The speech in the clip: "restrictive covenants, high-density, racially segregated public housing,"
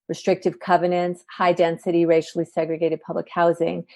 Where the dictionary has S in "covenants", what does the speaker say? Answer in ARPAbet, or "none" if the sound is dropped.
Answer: S